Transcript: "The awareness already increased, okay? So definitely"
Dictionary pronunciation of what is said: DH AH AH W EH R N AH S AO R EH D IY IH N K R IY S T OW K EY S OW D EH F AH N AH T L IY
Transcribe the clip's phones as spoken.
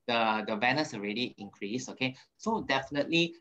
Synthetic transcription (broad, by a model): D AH AH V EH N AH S AO R EH D IY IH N K R IY S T OW K EY S OW D EH F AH N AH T L IY